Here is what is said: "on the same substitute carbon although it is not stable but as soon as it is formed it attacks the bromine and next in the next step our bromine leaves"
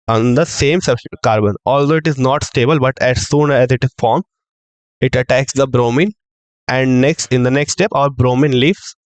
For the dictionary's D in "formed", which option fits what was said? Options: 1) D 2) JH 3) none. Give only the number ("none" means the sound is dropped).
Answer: 3